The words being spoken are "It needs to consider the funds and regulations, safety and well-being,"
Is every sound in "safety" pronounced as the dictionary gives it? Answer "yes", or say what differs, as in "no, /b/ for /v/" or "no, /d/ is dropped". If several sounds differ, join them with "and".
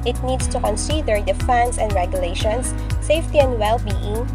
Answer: yes